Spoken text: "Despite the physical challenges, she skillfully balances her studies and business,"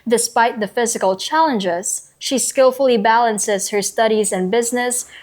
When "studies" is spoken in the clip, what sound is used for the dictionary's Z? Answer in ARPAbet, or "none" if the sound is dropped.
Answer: Z